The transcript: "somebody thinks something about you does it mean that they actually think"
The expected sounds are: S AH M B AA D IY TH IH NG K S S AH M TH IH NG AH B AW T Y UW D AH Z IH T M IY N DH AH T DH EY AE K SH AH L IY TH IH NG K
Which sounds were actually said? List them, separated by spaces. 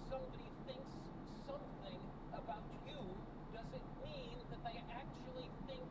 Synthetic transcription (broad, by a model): S AH M B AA D IY TH IH NG K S S AH M TH IH NG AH B AW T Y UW D AH Z IH T M IY N DH AH T DH EY AE K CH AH L IY TH IH NG K